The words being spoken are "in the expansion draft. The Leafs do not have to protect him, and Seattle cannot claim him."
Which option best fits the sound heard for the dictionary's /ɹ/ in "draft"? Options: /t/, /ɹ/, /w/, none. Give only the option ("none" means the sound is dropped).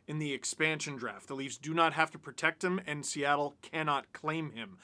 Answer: /ɹ/